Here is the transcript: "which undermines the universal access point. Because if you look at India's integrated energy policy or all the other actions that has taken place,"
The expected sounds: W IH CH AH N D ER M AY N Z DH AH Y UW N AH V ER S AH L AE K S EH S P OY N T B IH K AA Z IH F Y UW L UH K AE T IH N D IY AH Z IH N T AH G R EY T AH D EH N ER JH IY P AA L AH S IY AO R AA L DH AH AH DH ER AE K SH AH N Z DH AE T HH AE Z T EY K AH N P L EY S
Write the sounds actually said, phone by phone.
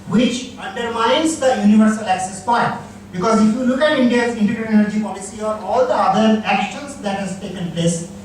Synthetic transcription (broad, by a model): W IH CH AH N D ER M AY N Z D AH Y UW N AH V ER S AH L AE K S EH S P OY T B IH K AA Z IH F Y UW L UH K AE T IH N D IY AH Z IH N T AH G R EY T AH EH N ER JH IY P AA L AH S IY AO R AA L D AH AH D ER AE K SH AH N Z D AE T HH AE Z T EY K AH N P L EY S